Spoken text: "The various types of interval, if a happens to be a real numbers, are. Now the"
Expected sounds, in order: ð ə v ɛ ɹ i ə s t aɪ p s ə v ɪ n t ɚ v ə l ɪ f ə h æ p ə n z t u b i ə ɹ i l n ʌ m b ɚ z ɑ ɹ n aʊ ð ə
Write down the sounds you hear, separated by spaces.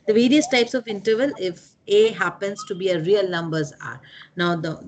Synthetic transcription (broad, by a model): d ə v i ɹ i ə s t aɪ p s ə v ɪ n t ɚ v ə l ɪ f ə h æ p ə n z t u b i ə ɹ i l n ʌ m b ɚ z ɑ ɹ n aʊ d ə